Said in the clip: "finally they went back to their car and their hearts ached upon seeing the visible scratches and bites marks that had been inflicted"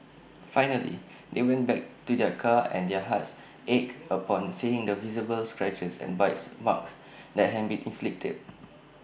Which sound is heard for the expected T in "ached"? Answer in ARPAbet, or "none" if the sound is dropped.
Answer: none